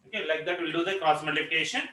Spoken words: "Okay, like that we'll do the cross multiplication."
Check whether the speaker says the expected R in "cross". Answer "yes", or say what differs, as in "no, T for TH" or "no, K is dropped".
no, R is dropped